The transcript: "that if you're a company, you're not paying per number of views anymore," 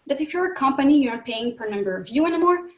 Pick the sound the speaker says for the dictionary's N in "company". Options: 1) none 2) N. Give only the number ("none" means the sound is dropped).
2